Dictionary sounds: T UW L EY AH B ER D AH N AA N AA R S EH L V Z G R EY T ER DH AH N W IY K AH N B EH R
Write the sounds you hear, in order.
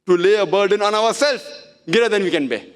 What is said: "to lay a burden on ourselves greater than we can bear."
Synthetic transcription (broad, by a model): T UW L EY AH B ER D AH N AA N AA R S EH L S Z G EY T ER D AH N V IY K AH N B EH